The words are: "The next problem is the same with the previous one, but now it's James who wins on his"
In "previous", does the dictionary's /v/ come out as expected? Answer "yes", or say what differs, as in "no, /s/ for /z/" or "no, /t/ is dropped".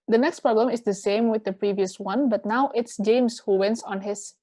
yes